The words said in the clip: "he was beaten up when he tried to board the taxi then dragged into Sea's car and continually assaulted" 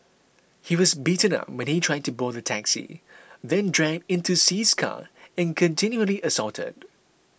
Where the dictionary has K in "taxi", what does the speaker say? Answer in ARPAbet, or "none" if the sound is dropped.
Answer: K